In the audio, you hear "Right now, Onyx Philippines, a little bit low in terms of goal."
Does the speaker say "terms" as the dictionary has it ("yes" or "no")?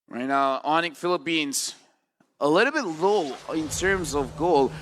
yes